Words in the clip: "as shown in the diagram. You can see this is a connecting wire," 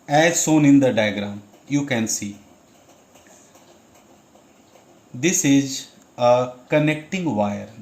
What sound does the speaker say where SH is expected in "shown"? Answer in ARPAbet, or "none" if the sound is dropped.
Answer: S